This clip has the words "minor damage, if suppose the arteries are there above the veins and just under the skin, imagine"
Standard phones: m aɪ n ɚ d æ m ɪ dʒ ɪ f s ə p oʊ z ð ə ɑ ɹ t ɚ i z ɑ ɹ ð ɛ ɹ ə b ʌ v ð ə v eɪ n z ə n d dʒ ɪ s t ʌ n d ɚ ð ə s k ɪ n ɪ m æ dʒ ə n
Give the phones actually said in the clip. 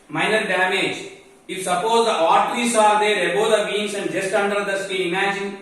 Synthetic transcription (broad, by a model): m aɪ n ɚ d æ m ɪ dʒ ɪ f s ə p oʊ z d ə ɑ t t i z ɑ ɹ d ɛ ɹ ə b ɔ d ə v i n s ə n d dʒ ɪ s t ʌ n d ɚ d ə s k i ɪ m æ dʒ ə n